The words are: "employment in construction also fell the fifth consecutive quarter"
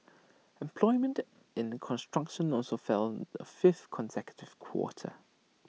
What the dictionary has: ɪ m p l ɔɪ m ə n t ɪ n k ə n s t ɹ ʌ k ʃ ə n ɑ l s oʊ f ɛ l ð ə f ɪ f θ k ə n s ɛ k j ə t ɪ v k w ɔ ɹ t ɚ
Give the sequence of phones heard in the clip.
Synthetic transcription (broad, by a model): ɪ m p l ɔɪ m ə n t ɪ n k ə n s t ɹ ʌ k ʃ ə n ɑ l s oʊ f ɛ l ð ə f ɪ f θ k ə n s ɛ k j ə t ɪ v k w ɔ t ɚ